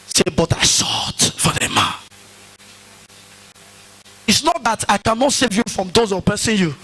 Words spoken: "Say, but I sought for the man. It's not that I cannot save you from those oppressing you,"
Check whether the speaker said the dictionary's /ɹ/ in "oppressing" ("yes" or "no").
no